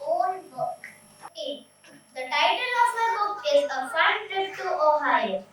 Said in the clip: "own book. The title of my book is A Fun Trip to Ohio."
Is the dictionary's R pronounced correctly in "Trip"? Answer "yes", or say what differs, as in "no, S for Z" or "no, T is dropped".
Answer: no, R is dropped